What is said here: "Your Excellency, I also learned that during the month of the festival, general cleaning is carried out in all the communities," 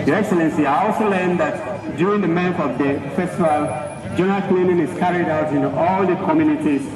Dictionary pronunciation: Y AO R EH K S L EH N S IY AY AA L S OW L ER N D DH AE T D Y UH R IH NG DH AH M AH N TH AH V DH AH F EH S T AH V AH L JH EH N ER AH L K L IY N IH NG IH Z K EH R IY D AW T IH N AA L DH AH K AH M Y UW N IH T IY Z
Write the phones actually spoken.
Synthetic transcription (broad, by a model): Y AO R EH K S L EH N S IY AY AA L S OW L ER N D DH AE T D Y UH R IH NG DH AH M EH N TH AH V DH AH F EH S T AH V AH L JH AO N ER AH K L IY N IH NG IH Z K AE R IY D AW T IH N AA L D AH K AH M Y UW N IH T IY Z